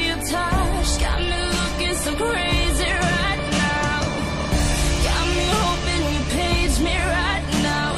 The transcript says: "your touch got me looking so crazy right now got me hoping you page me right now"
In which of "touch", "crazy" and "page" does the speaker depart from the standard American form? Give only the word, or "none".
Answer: touch